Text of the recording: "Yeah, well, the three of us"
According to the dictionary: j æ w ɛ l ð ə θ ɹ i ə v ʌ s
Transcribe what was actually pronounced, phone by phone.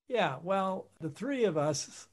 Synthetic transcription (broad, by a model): j æ w ɛ l ð ə θ ɹ i ə v ʌ s